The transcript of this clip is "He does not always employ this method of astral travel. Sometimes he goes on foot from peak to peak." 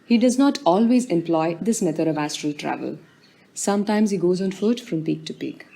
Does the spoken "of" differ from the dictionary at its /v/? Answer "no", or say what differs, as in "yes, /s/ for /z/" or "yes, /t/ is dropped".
no